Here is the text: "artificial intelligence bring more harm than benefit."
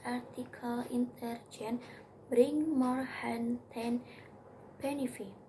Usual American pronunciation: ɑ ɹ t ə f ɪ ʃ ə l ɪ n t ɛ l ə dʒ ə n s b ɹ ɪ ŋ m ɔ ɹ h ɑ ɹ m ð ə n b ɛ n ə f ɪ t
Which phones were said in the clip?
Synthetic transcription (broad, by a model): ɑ ɹ t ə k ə l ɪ n t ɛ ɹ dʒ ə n b ɹ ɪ ŋ m ɔ ɹ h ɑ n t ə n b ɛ n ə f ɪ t